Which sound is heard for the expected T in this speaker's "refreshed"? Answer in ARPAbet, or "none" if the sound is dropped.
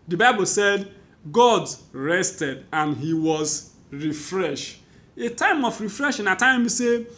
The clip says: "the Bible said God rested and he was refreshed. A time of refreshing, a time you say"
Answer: none